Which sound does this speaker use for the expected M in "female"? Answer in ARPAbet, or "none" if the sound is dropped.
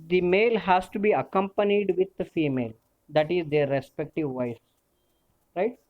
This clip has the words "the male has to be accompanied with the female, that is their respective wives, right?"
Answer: M